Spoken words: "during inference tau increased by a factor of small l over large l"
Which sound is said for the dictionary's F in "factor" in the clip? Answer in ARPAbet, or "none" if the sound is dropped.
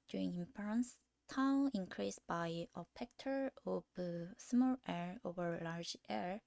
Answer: P